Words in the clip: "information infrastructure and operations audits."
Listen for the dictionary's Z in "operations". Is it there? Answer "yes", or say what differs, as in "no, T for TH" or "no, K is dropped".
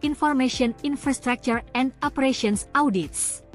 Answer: no, S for Z